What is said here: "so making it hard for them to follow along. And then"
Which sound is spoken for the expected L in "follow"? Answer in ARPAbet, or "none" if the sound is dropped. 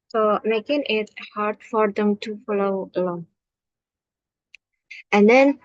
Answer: L